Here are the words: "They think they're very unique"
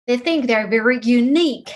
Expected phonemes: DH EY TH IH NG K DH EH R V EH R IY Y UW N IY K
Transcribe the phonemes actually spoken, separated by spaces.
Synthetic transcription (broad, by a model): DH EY TH IH NG K DH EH R V EH R IY Y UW N IY K